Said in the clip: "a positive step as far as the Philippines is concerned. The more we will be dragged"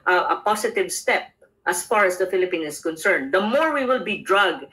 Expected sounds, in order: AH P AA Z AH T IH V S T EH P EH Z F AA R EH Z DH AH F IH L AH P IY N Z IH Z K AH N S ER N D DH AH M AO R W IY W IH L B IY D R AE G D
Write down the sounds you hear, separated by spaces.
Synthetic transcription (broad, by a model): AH P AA S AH T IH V S T EH P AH S F AA R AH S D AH F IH L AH P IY N IH S K AH N S ER N D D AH M AO R W IY W IH L B IY D R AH G